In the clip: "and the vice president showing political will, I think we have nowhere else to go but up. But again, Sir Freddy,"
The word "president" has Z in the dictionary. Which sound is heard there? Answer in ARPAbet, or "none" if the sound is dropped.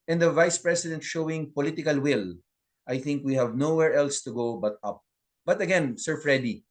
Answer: S